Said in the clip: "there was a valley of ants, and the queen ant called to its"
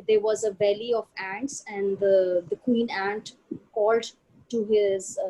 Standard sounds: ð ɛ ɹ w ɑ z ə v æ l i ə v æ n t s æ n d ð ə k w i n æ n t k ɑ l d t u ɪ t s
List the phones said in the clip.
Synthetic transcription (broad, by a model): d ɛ ɹ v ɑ z ə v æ l i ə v æ n t s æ n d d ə k w i n æ n t k ɑ l d t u ɪ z